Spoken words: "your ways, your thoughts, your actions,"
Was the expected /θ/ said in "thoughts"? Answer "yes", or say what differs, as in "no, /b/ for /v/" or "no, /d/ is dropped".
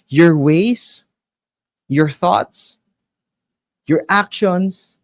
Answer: yes